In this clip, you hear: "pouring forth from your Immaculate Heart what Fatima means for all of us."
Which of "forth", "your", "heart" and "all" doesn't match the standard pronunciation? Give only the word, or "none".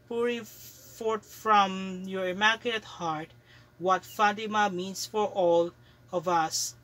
forth